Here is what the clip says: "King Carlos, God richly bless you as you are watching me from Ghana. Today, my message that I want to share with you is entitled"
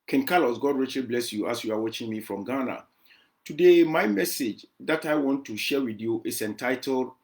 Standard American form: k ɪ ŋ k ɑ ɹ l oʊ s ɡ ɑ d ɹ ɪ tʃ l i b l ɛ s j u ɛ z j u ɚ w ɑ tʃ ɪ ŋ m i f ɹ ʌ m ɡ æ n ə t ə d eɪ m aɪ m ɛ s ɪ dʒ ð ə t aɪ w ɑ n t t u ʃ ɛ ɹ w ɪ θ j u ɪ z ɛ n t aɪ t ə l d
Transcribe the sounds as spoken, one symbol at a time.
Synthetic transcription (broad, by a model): k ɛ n k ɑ l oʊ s ɡ ɑ d ɹ ɪ tʃ l i b l ɛ s j u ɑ s j u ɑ w ɑ tʃ ɪ ŋ m i f ɹ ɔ m ɡ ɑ n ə t ə d eɪ m aɪ m ɛ s ɪ dʒ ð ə t aɪ w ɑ n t t u ʃ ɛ w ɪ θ j u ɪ s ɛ n t aɪ t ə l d